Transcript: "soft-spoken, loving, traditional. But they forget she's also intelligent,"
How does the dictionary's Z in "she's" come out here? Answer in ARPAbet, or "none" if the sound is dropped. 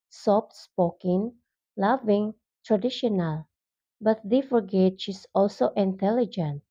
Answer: S